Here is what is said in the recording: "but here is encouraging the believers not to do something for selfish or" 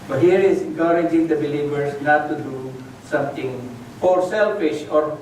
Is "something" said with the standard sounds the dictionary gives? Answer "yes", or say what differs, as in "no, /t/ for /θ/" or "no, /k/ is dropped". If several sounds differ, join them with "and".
no, /t/ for /θ/